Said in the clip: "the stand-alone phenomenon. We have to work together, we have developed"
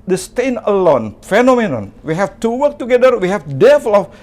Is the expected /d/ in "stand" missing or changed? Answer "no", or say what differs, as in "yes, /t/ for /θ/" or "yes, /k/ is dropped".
yes, /d/ is dropped